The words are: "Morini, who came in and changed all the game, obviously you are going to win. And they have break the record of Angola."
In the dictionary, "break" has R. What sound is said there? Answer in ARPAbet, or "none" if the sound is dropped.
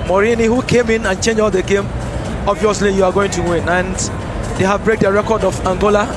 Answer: R